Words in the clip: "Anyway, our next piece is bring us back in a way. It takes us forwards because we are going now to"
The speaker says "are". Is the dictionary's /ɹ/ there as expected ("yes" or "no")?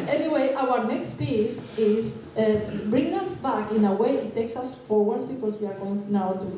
yes